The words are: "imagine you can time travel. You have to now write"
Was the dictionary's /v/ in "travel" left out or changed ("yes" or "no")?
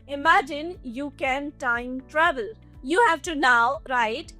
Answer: yes